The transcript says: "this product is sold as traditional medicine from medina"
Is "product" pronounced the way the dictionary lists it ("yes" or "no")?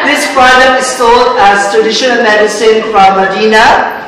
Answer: no